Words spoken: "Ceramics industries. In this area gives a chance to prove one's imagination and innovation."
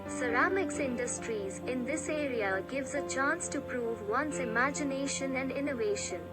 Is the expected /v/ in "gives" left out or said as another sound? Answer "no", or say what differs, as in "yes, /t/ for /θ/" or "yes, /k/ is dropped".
no